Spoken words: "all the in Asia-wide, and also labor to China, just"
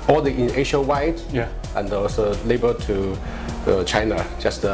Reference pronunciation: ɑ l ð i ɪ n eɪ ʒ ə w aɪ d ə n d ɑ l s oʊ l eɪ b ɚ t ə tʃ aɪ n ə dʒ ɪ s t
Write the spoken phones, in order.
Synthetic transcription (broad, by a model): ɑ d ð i ɪ n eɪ ʃ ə w aɪ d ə n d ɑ s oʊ l eɪ b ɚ t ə tʃ aɪ n ə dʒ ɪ s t